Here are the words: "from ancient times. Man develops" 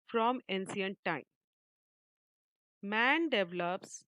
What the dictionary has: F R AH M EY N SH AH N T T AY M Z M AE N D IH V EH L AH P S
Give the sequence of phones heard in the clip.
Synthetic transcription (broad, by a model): F R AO M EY N S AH N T T AY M M AE N D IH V L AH P S